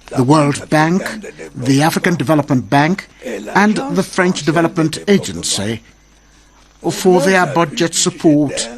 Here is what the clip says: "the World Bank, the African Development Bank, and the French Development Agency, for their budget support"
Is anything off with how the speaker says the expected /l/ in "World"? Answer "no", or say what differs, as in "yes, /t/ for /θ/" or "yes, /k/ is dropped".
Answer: no